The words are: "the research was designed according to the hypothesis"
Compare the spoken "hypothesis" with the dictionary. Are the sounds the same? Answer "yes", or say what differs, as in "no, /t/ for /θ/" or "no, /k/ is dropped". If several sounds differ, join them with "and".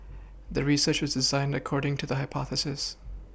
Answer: yes